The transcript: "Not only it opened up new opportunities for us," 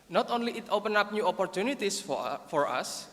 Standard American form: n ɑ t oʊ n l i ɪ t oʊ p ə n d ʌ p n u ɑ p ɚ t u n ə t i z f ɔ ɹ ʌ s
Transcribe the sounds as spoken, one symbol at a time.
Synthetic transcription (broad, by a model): n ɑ t oʊ n l i ɪ t oʊ p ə n ʌ p n u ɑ p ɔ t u n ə t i s f ɔ ɹ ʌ s